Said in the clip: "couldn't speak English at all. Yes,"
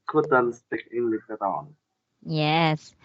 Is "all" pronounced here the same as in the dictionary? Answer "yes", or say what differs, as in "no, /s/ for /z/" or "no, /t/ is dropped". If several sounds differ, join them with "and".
no, /n/ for /l/